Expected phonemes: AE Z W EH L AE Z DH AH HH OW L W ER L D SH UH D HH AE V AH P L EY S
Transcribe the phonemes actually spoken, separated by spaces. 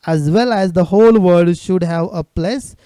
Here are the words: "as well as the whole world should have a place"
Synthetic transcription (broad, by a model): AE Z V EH L AE Z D AH HH OW L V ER D SH UH D HH AE V AH P L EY S